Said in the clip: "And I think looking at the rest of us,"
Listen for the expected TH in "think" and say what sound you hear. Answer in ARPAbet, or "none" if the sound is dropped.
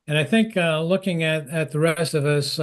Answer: TH